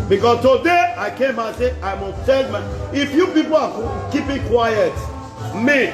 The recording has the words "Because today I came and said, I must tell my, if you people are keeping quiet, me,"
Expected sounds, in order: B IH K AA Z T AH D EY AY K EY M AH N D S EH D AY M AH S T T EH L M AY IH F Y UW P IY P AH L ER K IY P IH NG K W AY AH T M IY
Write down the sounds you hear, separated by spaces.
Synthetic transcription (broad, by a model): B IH K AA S T AH D EY AY K EY M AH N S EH AY M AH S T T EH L M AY IH F Y UW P IY P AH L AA K IY P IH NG K W AY AH T M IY